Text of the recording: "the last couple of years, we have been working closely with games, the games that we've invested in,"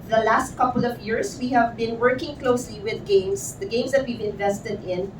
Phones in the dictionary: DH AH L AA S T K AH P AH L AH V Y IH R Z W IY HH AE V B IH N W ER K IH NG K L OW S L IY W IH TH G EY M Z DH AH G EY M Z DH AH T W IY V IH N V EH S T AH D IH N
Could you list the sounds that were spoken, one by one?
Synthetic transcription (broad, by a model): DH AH L AA S T K AH P AH L AH V Y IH R S W IY HH AE V B IH N W ER K IH NG K L OW S L IY W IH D G EY M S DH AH G EY M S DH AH T W IY V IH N V EH S T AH D IH N